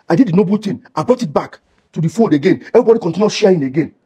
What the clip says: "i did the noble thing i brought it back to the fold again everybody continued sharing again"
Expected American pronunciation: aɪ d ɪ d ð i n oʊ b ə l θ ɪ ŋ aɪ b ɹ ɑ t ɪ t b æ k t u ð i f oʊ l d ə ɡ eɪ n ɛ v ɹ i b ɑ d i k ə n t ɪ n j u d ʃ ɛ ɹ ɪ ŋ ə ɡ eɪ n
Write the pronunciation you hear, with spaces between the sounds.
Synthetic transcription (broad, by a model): aɪ d ɪ d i n oʊ b ə l t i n aɪ b ɹ ɑ t ɪ t b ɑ k t u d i f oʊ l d ə ɡ eɪ n ɛ v ɹ i b ɑ d i k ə n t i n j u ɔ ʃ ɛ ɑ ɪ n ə ɡ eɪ n